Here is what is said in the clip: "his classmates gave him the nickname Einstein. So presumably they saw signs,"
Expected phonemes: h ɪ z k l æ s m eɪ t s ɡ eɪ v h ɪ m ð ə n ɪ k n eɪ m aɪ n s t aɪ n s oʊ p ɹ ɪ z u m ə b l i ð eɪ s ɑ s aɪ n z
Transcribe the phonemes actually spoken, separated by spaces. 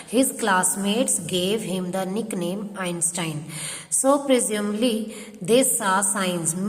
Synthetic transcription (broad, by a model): h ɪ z k l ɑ s m eɪ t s ɡ eɪ v h ɪ m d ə n ɪ k n eɪ m aɪ n s t aɪ n s oʊ p ɹ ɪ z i ə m l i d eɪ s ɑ s aɪ n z